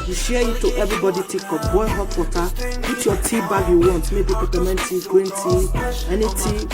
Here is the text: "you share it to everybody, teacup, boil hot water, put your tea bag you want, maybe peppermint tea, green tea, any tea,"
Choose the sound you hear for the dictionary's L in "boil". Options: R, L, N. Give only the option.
N